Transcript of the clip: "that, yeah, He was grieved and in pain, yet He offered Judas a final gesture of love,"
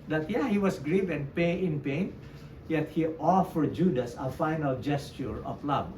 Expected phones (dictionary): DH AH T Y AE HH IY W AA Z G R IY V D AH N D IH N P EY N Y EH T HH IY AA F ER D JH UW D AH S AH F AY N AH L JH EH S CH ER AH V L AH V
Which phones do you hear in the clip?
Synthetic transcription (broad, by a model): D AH T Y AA HH IY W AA S G R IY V AH N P IH N P EY N Y EH T HH IY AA F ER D JH UW D AH S AH F AY N AH L JH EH S CH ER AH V L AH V